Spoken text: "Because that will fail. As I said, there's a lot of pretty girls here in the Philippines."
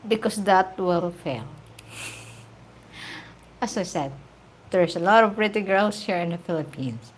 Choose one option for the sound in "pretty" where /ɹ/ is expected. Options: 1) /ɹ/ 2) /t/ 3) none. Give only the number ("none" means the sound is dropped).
1